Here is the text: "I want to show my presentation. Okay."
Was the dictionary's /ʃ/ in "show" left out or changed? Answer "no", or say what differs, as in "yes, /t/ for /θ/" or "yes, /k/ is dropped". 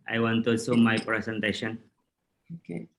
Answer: yes, /s/ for /ʃ/